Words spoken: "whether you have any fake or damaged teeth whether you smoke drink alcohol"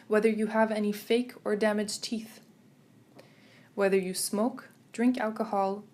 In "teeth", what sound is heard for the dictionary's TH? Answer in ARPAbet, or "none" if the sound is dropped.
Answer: TH